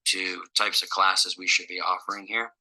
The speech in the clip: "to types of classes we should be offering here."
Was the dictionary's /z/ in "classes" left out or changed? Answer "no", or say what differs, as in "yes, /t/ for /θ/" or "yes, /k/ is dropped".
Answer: no